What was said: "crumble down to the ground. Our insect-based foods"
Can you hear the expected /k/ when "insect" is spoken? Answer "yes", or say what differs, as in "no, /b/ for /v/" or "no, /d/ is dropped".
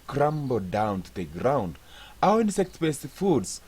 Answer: yes